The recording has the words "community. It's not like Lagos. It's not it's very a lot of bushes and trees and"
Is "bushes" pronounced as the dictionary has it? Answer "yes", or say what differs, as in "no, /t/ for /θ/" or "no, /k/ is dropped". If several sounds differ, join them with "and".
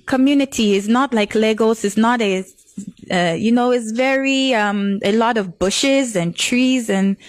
yes